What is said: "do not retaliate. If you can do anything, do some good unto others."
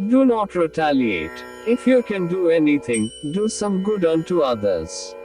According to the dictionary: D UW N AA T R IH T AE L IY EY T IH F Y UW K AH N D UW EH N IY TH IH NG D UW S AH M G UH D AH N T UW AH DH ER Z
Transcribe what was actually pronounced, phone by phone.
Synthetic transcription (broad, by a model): D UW N AA T R IH T AE L IY EY T IH F Y UW K AH N D UW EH N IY T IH NG D UW S AH M G UH D AH N T UW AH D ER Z